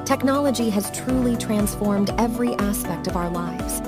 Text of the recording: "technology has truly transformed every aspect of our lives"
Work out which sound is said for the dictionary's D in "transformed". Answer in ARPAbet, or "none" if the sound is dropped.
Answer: D